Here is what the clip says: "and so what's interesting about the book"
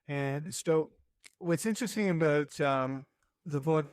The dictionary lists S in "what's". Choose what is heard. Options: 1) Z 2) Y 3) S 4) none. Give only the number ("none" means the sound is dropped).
3